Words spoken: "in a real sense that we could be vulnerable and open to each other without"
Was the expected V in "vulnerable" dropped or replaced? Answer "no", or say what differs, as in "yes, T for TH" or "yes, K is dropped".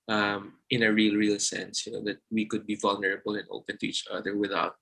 no